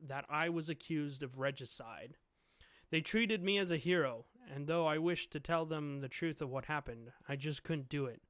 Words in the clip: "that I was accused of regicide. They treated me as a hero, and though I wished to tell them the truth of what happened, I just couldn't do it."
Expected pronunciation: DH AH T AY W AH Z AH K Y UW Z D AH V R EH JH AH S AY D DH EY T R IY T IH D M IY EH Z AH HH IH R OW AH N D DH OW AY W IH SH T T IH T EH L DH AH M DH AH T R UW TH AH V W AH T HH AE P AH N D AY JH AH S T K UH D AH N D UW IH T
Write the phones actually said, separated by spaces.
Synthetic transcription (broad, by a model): DH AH T AY W AH Z AH K Y UW Z D AH V R EH JH AH S AY D DH EY T R IY T IH D M IY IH Z AH HH IH R OW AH N DH OW AY W IH SH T T IH T EH L DH AH M DH AH T R UW TH AH V W AH T HH AE P AH N D AY JH AH S K UH D N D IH IH T